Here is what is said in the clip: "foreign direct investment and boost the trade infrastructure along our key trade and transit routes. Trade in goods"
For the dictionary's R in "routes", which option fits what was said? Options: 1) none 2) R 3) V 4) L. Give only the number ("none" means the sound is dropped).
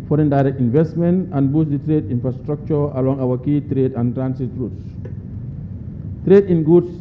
2